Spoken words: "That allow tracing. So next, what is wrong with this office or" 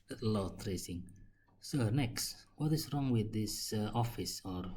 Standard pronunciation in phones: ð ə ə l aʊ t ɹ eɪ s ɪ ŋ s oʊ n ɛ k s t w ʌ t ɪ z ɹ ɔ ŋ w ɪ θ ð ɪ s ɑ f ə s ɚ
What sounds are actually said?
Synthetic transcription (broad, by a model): l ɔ t ɹ eɪ s ɪ ŋ s oʊ n ɛ k s t w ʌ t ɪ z ɹ ɔ ŋ w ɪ ð ɪ s ɑ f ə s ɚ